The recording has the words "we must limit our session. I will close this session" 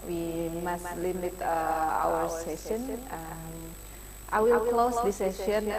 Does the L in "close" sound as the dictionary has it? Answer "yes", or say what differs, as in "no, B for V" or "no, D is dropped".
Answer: yes